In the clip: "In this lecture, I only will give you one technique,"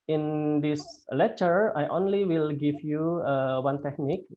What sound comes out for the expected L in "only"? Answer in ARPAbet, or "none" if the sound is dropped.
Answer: L